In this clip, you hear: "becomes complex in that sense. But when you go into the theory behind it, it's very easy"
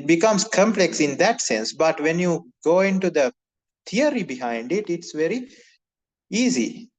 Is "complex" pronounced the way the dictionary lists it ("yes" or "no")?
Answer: yes